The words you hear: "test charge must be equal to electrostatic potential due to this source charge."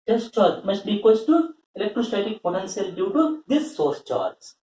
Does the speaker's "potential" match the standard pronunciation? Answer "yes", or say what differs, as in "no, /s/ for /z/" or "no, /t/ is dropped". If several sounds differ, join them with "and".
no, /s/ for /ʃ/